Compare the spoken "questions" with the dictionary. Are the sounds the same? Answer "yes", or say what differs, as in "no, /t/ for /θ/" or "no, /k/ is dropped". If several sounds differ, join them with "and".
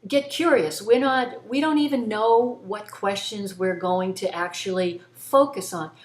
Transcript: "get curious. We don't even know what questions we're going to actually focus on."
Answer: yes